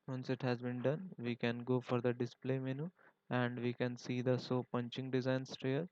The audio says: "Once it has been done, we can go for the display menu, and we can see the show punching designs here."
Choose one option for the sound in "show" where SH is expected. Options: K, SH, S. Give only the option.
S